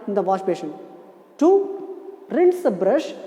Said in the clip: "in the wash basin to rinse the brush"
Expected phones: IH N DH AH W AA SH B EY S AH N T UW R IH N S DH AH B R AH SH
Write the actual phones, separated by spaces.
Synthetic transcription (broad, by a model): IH N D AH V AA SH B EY SH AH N T UW R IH N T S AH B R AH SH